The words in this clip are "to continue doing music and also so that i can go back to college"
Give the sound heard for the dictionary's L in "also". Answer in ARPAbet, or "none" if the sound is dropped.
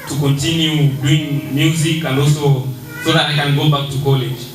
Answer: none